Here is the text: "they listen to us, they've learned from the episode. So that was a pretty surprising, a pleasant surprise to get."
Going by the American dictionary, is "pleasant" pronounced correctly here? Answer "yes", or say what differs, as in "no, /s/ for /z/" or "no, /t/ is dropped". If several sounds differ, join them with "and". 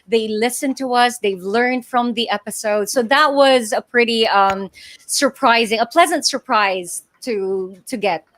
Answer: yes